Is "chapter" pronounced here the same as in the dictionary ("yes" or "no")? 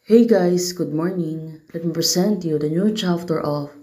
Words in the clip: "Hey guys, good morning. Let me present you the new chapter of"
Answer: no